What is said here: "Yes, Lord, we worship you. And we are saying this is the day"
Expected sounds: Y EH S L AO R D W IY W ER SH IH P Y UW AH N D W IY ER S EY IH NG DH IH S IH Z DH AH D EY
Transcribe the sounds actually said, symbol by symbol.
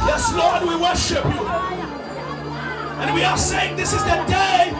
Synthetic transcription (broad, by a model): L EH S L AO R D W IY W ER SH IH P Y UW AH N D W IY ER S EY IH NG DH IH S IH Z DH AH D EY